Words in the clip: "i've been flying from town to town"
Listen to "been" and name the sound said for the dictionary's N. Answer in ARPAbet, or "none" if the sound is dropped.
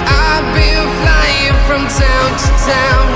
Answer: L